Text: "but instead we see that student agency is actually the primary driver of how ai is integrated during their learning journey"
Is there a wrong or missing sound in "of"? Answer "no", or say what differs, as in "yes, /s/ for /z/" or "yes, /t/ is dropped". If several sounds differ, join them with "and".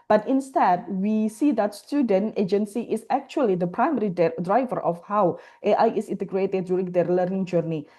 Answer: yes, /f/ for /v/